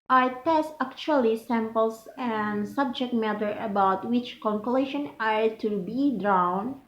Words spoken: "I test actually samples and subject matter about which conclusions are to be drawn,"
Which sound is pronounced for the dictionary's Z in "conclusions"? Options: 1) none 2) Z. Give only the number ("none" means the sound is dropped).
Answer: 1